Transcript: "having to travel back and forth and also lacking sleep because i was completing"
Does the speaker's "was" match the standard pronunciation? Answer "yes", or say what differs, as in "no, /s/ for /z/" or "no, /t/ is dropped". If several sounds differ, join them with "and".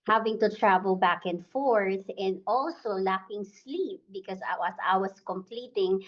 no, /s/ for /z/